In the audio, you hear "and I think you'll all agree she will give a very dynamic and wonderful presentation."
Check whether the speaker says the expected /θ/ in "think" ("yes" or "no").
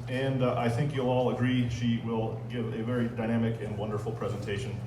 yes